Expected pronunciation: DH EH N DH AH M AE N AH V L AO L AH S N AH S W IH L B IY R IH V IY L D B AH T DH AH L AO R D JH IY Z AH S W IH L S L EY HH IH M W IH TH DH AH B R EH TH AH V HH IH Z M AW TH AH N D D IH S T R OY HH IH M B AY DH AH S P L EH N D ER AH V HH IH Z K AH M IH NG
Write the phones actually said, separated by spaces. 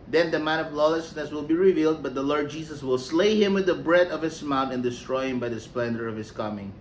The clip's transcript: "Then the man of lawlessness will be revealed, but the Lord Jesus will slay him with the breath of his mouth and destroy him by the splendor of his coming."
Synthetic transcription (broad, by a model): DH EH N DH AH M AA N AH V L AO L AH S N AH S W IH L B IY R IH V IY L D B AH T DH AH L AO R D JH IY S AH S W IH L S L EY HH IH M W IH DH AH B R EH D AH V HH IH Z M AW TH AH N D D IH S T R OY HH IH M B AY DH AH S P L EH N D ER AH V HH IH S K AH M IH NG